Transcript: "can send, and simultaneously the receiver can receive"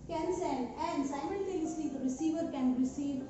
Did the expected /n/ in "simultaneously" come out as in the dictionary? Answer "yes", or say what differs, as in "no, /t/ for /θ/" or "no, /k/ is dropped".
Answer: no, /l/ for /n/